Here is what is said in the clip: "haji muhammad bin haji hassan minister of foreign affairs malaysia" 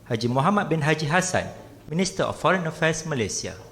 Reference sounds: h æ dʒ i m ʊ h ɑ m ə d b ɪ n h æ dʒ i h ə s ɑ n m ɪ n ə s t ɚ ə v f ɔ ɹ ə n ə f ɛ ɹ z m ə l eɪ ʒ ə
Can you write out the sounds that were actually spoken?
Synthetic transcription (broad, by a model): h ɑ dʒ i m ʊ h ɑ m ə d b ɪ n h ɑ dʒ i h ə s ɑ n m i n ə s t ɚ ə f ɔ ɹ ə n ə f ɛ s m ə l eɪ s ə